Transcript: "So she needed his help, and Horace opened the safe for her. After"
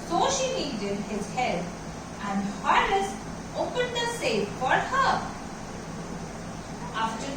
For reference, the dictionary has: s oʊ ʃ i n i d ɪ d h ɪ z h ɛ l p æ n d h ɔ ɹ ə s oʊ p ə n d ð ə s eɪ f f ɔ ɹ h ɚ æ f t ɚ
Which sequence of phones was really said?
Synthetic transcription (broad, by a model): s oʊ ʃ i l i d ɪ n h ɪ z h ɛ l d æ n d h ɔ l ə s oʊ p ə n d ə s eɪ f f ɔ ɹ h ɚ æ f t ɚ